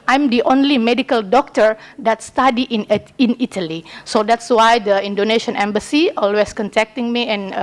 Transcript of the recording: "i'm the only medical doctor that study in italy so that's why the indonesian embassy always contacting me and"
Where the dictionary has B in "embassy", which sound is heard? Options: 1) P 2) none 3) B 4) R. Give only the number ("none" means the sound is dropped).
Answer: 3